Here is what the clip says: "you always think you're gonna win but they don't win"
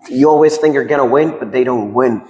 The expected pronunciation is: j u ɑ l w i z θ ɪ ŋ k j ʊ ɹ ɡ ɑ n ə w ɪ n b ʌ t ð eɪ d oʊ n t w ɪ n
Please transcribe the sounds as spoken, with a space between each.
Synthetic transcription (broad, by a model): j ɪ ɑ l w i z θ ɪ ŋ k j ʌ ɹ ɡ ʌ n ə w ɪ n b ʌ t ð eɪ d oʊ n t w ɪ n